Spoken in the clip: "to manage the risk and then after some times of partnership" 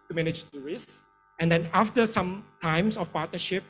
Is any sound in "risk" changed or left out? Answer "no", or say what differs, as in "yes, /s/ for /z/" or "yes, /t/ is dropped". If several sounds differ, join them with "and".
yes, /k/ is dropped